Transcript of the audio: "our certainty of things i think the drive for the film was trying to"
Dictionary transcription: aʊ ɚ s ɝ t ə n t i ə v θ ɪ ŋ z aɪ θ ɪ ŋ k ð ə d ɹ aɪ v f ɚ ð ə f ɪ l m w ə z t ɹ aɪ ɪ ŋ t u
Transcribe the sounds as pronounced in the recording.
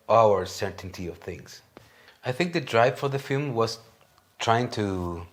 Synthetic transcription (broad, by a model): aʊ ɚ s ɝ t n t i ə v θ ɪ ŋ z aɪ θ ɪ ŋ k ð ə d ɹ aɪ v f ɚ ð ə f ɪ l m w ə z t ɹ aɪ ɪ ŋ t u